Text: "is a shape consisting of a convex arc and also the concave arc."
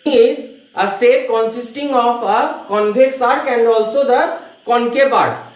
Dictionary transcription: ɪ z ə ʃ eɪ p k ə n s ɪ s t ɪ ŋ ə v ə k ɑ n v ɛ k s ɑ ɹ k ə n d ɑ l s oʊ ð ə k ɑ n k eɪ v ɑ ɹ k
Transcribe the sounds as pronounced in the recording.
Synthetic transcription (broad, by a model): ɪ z ə s eɪ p k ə n s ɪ s t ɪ ŋ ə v ə k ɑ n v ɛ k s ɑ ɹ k ə n d ɑ l s oʊ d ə k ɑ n k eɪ p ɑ ɹ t